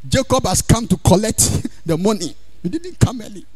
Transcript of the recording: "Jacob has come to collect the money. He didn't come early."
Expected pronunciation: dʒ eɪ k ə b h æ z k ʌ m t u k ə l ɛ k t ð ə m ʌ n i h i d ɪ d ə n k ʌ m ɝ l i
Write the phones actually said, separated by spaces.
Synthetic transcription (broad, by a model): dʒ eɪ k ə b h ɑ s k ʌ m t u k ə l ɛ k t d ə m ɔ n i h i d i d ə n k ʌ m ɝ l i